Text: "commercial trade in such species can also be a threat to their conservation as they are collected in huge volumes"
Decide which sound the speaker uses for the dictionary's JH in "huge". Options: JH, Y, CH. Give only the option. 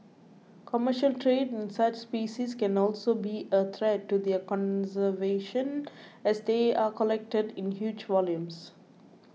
JH